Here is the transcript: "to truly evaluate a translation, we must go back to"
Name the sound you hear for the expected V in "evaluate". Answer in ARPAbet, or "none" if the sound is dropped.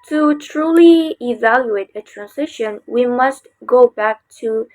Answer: V